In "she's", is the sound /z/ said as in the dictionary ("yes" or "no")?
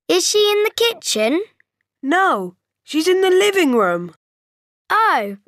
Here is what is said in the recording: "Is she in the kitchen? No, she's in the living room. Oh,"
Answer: yes